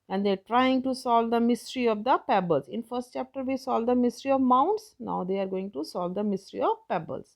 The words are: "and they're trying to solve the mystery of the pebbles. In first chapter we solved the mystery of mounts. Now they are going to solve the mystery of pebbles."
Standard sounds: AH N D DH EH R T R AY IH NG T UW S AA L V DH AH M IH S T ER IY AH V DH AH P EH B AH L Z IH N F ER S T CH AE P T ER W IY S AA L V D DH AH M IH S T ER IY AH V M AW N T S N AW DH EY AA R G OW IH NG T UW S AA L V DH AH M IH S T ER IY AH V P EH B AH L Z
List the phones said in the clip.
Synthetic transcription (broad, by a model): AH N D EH R T R AY IH NG T UW S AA L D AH M IH S T ER IY AH V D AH P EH B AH L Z IH N F ER S T CH AE P T ER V IY S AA L D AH M IH S T ER IY AH V M AW N T S N AW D EY AA R G OW IH NG T UW S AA L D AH M IH S T ER IY AH V P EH B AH L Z